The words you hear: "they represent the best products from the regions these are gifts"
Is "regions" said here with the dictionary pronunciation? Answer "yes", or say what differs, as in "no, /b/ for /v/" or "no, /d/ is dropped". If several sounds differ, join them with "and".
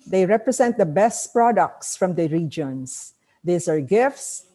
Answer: no, /s/ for /z/